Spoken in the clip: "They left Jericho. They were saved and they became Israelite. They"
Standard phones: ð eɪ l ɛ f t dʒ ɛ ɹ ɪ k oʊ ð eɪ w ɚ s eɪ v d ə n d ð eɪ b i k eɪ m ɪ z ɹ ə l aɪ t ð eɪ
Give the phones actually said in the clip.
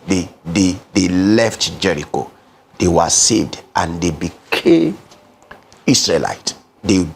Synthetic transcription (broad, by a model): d eɪ l ɛ f t dʒ ɛ ɹ ɪ k oʊ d eɪ w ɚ s eɪ v d ə n d eɪ b i k eɪ m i s ɹ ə l aɪ t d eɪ